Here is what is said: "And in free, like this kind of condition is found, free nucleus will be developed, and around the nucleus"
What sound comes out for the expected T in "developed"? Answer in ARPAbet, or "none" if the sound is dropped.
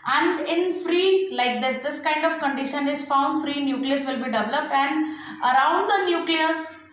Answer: T